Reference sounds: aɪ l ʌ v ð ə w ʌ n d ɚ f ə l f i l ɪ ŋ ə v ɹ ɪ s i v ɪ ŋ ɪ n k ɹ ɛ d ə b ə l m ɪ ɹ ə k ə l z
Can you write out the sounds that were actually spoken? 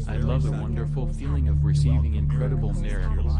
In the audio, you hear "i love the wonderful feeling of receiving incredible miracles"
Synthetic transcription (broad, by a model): aɪ l ʌ v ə w ʌ n d ɚ f l f i l ɪ ŋ ə v ɹ ɪ s i v ɪ ŋ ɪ n k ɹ ɛ d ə b l m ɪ ɹ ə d